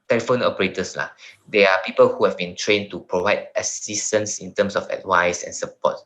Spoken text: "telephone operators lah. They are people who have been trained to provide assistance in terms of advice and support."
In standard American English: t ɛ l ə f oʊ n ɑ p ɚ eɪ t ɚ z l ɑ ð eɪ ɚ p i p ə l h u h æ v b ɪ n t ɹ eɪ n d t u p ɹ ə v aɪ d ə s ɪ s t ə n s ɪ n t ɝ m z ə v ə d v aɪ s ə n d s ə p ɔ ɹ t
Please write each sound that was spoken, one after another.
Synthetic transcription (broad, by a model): t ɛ l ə f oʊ n ɑ p ɚ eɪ t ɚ s l ɑ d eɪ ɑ p i p ə l h u h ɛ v b ɪ n t ɹ eɪ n t u p ɹ ə v aɪ d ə s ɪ s t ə n s ɪ n t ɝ m s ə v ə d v aɪ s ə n s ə p ɔ t